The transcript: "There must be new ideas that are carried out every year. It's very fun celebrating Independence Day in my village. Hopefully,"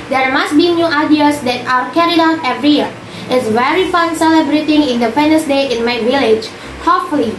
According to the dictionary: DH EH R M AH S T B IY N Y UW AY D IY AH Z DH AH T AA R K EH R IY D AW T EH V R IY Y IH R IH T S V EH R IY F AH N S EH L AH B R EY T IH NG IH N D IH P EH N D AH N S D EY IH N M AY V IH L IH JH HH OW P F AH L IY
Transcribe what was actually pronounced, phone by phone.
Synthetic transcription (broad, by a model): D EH R M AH S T B IY N Y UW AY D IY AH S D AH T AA W K EH R IY D AW T EH V R IY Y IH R IH T S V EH R IY F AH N S EH L AH B R EY T IH NG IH N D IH F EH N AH S D EY IH N M AY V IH L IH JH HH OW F L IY